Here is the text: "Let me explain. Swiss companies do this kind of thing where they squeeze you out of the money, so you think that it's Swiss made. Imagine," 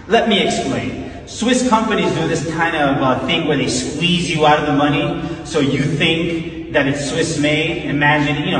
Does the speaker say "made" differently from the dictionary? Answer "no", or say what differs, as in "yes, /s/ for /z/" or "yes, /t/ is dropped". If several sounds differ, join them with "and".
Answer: yes, /d/ is dropped